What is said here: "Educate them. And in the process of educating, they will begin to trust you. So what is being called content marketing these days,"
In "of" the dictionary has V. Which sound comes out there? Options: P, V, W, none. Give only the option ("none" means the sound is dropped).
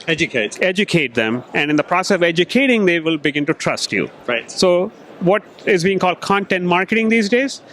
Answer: V